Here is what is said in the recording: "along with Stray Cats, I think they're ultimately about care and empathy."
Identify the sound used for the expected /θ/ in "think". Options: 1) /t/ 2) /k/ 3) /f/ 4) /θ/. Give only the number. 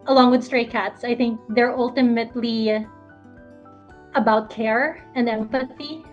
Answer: 4